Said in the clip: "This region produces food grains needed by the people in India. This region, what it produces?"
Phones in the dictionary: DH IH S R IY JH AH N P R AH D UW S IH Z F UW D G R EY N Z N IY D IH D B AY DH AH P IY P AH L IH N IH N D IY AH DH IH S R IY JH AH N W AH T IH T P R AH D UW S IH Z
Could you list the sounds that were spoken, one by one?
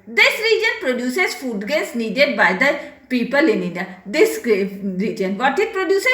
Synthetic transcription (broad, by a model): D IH S R IY JH AH N P R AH D UW S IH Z F UW D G EY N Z N IY D IH D B AY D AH P IY P AH L IH N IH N D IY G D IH R IY JH AH N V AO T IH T P R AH D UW S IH